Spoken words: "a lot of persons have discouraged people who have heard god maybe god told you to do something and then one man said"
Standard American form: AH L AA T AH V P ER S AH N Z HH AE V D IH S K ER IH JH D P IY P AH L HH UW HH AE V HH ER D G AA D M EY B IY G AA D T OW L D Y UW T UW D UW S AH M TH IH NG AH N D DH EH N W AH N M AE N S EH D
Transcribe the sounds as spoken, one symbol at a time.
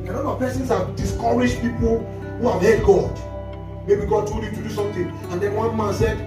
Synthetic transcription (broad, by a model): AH N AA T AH P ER S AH N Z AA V D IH S K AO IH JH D P IY P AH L HH UW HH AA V HH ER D G AA D M EY B IY G AA D T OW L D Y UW T UW D UW S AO M T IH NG AH N D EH N W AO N M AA N S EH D